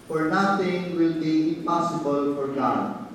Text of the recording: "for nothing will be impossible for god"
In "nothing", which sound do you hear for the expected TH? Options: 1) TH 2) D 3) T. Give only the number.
3